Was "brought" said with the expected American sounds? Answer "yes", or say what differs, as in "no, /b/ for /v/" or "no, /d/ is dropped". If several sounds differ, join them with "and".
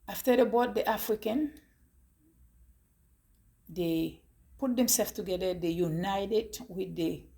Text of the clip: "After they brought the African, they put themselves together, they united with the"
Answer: no, /ɹ/ is dropped